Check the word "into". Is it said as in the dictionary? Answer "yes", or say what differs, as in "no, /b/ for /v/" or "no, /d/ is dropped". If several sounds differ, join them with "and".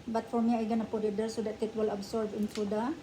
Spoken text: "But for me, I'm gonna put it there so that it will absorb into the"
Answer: no, /s/ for /t/